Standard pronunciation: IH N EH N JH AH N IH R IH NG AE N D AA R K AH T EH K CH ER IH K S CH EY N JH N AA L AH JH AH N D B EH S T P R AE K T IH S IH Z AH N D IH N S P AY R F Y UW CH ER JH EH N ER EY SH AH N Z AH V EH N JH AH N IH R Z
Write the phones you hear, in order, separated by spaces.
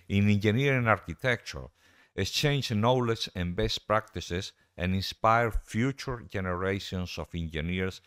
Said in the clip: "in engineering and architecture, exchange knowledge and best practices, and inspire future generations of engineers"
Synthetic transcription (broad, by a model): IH N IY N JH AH N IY R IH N AA R K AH T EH K CH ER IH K S CH EY N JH N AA L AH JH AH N B EH S T P R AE K T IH S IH S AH N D IH N S P AY R F Y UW CH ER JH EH N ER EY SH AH N S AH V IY N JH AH N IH R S